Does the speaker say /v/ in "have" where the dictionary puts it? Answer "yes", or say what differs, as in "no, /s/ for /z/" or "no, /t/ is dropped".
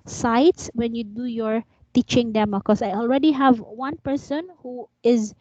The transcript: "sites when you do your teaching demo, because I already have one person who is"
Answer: yes